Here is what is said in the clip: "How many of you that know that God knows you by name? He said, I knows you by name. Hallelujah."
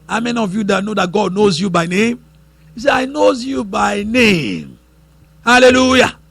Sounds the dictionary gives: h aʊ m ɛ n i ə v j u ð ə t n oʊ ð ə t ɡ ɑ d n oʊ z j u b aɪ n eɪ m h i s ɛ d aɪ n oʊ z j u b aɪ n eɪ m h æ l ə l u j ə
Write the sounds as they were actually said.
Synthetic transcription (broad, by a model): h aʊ m ɛ n i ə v j u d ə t n oʊ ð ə t ɡ ɑ d n oʊ z j u b aɪ n eɪ m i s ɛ aɪ n oʊ z j u b aɪ n eɪ m h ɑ l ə l u j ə